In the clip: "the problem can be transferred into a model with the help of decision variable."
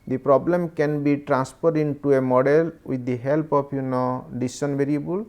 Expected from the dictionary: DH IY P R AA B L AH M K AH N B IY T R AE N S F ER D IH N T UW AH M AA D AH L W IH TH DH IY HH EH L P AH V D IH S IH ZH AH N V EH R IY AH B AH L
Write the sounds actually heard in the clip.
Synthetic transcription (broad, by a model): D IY P R AA B L AH M K AH N B IY T R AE N S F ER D IH N T UW AH M AA D AH L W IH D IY HH EH L P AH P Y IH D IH S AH N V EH R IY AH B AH L